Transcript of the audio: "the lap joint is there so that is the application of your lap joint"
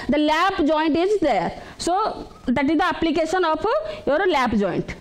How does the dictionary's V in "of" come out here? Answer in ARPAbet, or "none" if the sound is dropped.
P